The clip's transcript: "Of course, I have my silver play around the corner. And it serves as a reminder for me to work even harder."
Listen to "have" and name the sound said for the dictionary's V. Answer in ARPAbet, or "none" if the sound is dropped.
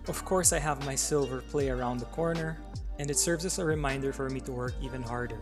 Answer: V